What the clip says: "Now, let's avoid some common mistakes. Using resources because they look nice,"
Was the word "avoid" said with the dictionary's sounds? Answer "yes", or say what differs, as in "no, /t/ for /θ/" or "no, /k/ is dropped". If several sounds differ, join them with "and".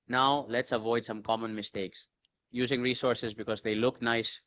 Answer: yes